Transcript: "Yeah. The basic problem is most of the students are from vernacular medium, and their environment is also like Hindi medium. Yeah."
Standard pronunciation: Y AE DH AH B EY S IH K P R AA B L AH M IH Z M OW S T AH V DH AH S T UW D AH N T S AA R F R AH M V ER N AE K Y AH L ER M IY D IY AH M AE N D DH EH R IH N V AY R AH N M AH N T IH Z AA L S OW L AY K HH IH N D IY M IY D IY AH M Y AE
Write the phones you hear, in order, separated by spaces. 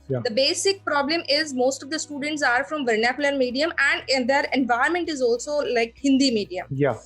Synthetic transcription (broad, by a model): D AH B EY S IH K P R AA B L AH M IH Z M OW S T AH V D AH S T UW D AH N T S AA R F R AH M V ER N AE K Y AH L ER M IY D IY AH M AE N D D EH R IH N V AY AH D M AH N T IH Z AA L S OW L AY K HH IH N D IY M IY D IY AH M Y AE